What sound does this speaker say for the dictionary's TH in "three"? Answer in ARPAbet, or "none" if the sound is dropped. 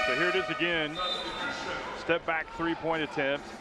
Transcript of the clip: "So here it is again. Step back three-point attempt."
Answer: TH